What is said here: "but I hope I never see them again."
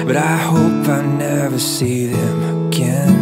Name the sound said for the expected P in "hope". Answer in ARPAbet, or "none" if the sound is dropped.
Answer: P